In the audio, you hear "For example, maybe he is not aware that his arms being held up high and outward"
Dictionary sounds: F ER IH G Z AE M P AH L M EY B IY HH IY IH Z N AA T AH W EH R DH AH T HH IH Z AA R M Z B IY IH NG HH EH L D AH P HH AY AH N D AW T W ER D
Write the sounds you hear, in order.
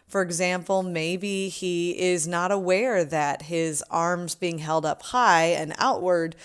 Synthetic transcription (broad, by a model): F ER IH G Z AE M P L M EY B IY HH IY IH Z N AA T AH W EH R DH AH T HH IH Z AA R M Z B IY IH NG HH EH L D AH P HH AY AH N AW T W ER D